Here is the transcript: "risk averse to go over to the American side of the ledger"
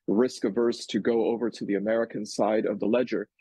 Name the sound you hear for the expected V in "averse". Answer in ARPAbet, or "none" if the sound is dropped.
V